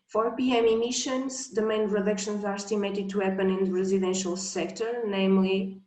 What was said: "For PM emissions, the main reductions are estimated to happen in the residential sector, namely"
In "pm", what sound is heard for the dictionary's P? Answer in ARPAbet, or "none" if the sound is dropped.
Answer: P